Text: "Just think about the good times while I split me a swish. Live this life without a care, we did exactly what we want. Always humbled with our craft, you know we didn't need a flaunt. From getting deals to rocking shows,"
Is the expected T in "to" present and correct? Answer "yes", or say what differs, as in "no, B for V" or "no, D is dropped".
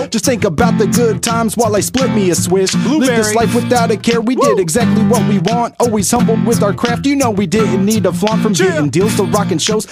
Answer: no, S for T